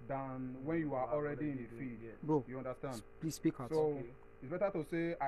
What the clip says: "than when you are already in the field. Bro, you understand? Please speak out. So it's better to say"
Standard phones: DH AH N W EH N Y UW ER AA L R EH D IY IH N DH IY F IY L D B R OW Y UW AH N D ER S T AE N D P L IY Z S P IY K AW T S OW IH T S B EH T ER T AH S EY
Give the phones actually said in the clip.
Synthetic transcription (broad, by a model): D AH N W EH N Y UW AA AA L R EH D IY IH N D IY F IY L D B OW Y UW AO N D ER S T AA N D P L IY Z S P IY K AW S OW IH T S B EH T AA T AH S EY